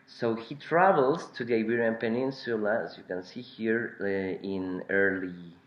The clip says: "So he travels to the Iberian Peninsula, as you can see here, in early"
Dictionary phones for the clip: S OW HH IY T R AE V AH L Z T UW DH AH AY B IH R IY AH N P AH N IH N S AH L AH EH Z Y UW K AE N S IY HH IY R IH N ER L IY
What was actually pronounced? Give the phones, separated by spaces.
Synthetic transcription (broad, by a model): S OW HH IY T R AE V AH L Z T UW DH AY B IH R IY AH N P AH N IH N S AH L AH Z Y UW K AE N S IY HH IY R IH N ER L IY